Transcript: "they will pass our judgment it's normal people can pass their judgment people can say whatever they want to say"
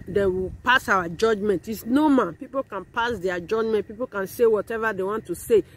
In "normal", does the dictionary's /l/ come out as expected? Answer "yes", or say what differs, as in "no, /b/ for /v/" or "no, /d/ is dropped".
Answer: no, /n/ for /l/